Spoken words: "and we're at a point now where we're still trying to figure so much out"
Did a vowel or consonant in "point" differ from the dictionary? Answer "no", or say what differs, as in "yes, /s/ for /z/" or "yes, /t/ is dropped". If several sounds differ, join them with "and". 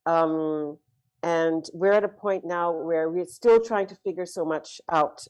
no